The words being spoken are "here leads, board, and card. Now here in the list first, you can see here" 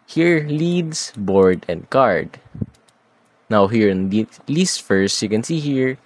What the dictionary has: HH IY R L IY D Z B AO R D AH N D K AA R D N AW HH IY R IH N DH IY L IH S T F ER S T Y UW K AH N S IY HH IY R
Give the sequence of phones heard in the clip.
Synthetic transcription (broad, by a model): HH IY R L IY D S B AO R D AH N D K AA R D N AW HH IY R IH N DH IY L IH S T F ER S T Y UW K AH N S IY HH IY R